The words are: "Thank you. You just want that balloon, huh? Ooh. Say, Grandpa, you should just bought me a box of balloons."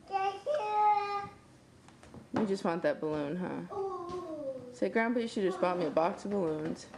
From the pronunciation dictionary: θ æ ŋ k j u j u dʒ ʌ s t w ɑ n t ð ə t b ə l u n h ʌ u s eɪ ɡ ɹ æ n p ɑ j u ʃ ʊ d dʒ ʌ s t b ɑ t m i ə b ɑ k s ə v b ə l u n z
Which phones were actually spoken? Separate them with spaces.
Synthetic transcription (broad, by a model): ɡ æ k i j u dʒ ʌ s t w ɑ n ð ə t b ə l u n h ʌ s eɪ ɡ ɹ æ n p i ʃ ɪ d dʒ ʌ s t b ɑ t m i ə b ɑ k s ə v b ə l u n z